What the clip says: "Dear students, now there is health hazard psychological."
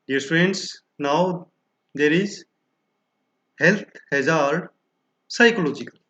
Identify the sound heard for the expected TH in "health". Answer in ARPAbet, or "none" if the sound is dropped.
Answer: T